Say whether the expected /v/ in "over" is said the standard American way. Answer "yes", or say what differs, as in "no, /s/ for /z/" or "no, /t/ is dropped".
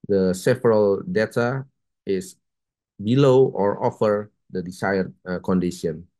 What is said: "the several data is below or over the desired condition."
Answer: no, /f/ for /v/